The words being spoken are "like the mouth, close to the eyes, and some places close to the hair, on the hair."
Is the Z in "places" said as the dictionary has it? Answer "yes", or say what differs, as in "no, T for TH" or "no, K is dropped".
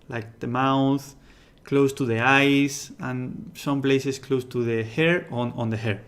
no, S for Z